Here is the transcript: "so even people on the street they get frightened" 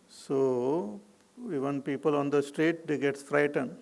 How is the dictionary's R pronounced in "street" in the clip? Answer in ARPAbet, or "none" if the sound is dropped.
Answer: R